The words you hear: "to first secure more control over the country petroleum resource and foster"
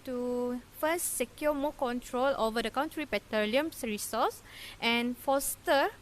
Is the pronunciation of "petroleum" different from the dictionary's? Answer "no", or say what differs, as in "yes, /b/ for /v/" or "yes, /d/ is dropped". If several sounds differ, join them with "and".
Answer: yes, /ɹ/ is dropped